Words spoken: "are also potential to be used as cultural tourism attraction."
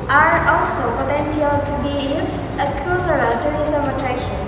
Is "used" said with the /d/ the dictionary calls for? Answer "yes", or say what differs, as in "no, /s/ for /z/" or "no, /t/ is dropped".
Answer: no, /d/ is dropped